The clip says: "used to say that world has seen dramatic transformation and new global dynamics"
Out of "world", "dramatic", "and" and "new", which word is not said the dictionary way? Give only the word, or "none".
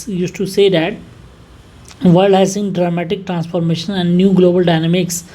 world